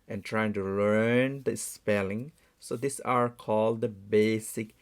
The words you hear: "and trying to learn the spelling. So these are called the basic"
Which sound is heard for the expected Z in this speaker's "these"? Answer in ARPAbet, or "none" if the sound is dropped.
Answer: S